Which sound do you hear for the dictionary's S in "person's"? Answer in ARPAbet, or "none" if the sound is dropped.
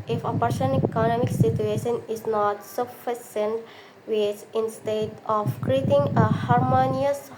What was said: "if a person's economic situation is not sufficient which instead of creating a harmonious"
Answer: SH